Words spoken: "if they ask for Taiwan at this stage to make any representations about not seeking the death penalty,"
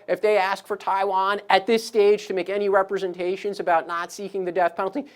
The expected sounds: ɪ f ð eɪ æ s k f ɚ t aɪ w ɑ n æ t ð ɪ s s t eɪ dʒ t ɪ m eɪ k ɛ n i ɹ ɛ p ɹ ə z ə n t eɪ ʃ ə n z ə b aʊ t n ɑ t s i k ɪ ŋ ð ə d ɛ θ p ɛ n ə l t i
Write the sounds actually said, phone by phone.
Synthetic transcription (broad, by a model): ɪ f ð eɪ æ s k f ɚ t aɪ w ɑ n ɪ t ð ɪ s s t eɪ dʒ t ɪ m eɪ k ɛ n i ɹ ɛ p ɹ ə z ə n t eɪ ʃ ə n z ə b aʊ t n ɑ t s i k ɪ ŋ ð ə d ɛ θ p ɛ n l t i